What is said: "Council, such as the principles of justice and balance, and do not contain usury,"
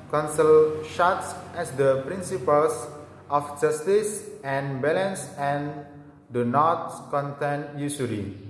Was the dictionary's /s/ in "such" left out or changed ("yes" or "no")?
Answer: yes